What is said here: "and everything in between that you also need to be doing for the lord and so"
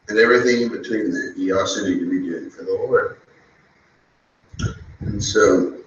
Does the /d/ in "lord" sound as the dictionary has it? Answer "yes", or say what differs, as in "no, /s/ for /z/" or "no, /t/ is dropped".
no, /d/ is dropped